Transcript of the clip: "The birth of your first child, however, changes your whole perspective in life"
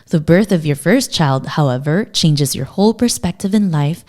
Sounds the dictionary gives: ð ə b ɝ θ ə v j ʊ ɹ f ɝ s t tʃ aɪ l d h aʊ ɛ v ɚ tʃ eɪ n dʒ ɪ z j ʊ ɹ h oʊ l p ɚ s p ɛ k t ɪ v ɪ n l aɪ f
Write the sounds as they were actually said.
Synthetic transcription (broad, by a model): ð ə b ɝ θ ə v j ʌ ɹ f ɝ s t tʃ aɪ l d h aʊ ɛ v ɚ tʃ eɪ n dʒ ɪ z j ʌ ɹ h oʊ l p ɚ s p ɛ k t ɪ v ɪ n l aɪ f